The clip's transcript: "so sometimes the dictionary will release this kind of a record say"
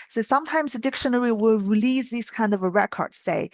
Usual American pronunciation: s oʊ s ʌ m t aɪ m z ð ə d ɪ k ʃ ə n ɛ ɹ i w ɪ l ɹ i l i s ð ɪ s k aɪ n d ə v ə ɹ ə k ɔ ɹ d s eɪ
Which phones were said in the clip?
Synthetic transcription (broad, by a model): s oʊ s ʌ m t aɪ m z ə d ɪ k ʃ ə n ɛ ɹ i w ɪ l ɹ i l i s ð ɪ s k aɪ n d ə v ə ɹ ə k ɔ ɹ d s eɪ